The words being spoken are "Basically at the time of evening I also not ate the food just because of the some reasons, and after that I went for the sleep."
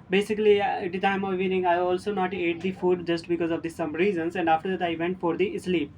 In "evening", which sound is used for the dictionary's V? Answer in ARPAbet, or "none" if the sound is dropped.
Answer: none